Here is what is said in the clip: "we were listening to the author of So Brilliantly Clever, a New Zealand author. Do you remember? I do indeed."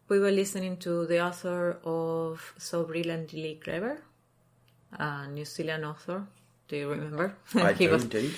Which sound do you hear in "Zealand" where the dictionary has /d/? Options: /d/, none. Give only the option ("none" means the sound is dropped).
none